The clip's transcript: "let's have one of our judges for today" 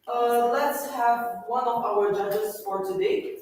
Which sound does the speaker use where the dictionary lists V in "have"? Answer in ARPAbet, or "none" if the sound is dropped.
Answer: V